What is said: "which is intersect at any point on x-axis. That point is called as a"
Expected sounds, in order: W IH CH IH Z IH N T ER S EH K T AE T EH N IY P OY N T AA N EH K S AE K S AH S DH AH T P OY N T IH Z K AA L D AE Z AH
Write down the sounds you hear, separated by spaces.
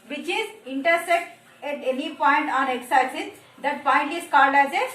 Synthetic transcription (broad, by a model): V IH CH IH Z IH N T ER S EH K T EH T EH N IY P OY N T AA N EH K S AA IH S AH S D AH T P OY N T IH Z K AA L D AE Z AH